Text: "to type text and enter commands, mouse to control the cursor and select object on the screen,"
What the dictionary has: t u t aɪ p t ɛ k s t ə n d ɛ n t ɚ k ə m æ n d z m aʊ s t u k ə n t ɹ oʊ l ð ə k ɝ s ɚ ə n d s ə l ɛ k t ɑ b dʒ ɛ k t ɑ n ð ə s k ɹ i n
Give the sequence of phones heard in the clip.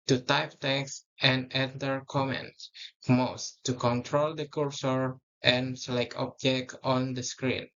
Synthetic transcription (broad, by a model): t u t aɪ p t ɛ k s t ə n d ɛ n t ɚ k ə m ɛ n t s m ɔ s t u k ə n t ɹ oʊ l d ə k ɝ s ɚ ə n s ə l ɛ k ɑ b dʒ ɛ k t ɑ n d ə s k ɹ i n